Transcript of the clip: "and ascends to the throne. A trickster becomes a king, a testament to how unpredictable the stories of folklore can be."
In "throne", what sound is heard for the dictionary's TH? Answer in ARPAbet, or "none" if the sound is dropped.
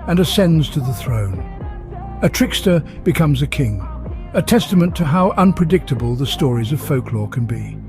TH